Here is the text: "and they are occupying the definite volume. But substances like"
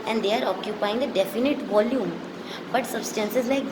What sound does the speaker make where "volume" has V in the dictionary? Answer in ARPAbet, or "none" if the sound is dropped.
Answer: V